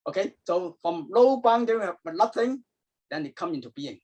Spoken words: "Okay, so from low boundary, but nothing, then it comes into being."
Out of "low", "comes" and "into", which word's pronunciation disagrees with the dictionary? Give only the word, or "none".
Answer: comes